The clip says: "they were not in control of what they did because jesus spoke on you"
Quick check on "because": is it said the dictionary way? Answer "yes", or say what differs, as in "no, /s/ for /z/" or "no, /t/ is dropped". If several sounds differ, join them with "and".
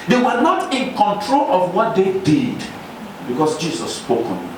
no, /s/ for /z/